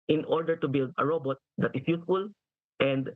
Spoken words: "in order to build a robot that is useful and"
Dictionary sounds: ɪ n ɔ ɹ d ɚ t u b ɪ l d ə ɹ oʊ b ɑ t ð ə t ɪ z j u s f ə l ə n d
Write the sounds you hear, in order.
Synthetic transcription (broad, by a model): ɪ n ɔ ɹ d ɚ t u b ɪ l d ə ɹ oʊ b ɑ t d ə t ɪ s j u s f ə l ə n d